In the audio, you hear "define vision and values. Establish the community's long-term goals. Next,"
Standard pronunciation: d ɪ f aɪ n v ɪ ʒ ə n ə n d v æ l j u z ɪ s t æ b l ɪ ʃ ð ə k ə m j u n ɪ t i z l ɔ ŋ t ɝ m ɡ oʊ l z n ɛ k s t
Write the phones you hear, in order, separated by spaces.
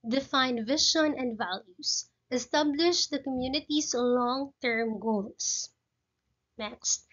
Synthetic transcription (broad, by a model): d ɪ f aɪ n v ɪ ʃ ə n ə n d v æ l j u s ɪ s t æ b l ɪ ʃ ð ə k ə m j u n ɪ t i s l ɔ ŋ t ɝ m ɡ oʊ l s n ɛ k s t